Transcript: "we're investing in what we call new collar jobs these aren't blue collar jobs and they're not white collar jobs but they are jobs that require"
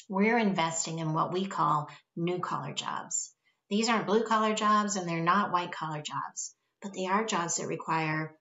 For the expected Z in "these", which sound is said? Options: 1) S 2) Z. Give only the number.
2